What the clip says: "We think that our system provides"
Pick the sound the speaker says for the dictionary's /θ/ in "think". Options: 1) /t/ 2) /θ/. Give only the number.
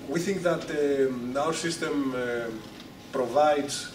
2